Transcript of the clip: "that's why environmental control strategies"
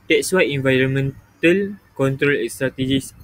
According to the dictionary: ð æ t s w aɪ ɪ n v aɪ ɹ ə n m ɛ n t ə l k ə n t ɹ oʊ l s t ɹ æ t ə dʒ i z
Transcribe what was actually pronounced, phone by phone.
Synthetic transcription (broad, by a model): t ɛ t s w aɪ ɪ n v aɪ ɹ ə n m ɛ n t ə l k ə n t ɹ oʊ l s t ɹ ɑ t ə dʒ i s